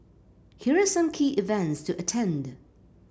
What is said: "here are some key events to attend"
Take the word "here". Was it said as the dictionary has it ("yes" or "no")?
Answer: yes